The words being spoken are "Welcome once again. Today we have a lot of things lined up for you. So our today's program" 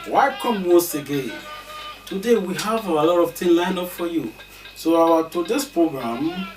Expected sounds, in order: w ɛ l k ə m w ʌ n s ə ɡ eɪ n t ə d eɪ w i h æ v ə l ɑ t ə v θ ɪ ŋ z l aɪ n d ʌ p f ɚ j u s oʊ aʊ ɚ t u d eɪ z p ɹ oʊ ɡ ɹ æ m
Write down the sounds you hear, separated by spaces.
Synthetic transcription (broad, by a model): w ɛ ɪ k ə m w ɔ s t ə ɡ eɪ n t ə d eɪ w i h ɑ v ə l ɑ t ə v t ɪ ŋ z l aɪ n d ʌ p f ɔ j u s oʊ aʊ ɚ t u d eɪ s p ɹ oʊ ɡ ɹ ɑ m